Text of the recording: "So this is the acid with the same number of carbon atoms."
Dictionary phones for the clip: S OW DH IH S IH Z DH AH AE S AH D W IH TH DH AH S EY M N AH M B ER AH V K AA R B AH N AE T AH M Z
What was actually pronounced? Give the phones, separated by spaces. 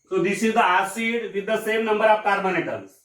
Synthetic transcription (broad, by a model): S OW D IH S IH Z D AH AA S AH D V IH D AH S EY M N AH M B ER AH P K AA R B AH N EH T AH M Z